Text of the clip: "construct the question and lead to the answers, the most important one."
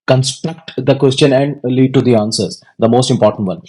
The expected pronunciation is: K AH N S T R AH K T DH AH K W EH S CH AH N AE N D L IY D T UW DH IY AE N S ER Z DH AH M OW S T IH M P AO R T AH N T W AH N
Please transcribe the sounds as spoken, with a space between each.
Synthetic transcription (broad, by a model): K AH N S T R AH K T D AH K W EH S CH AH N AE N D L IY D T UW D IY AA N S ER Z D AH M OW S T IH M P AO R T AH N T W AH N